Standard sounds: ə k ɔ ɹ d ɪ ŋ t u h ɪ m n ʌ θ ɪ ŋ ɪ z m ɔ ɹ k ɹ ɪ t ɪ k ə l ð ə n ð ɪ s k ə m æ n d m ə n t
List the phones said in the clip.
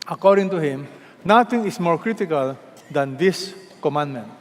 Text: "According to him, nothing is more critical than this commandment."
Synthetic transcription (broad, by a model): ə k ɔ ɹ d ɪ ŋ t u h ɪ m n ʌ t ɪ ŋ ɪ s m ɔ ɹ k ɹ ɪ t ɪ k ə l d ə n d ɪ s k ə m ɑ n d m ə n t